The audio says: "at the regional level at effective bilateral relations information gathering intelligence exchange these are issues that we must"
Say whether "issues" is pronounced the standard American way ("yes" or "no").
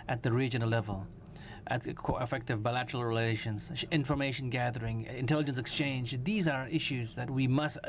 yes